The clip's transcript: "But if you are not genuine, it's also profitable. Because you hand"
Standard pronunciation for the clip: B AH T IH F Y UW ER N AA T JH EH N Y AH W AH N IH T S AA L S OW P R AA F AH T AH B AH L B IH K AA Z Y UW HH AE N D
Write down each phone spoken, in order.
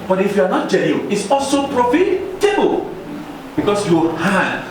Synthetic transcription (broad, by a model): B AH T IH F Y UW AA N AA T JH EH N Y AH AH IH T S AA L S OW P R AA F AH T AH B AH L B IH K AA S Y UW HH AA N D